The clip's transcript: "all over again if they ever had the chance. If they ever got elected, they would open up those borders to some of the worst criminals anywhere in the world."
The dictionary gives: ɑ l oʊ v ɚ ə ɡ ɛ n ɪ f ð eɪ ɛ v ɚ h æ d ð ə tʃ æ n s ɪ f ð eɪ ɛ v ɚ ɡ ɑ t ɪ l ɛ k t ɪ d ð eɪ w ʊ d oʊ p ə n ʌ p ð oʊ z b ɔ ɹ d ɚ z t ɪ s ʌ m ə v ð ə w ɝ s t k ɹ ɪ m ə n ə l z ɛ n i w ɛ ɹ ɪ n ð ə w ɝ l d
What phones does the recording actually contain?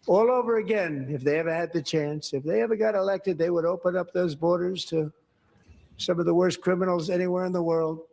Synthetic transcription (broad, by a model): ɑ l oʊ v ɚ ə ɡ ɛ n ɪ f ð eɪ ɛ v ɚ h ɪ d ð ə tʃ æ n s ɪ f ð eɪ ɛ v ɚ ɡ ɑ t ɪ l ɛ k t ɪ d ð eɪ w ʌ d oʊ p ə n ʌ p ð oʊ z b ɔ ɹ d ɚ z t ɪ s ʌ m ə v ð ə w ɝ s k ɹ ɪ m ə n l z ɛ n i w ɛ ɹ ɪ n ð ə w ɝ l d